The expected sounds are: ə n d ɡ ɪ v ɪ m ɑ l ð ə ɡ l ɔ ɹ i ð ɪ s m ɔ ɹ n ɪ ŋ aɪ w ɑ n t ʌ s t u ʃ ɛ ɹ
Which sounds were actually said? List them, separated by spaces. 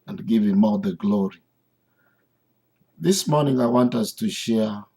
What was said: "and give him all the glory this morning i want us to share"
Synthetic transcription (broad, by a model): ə n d ɡ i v ɪ m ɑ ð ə ɡ l ɔ ɹ i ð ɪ s m ɔ n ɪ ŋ aɪ w ɑ n t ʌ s t u ʃ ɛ